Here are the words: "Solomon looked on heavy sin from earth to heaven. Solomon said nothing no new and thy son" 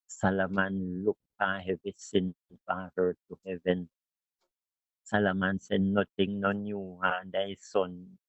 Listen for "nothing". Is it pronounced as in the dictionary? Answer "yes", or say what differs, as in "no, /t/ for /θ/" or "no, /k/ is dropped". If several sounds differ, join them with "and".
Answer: no, /t/ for /θ/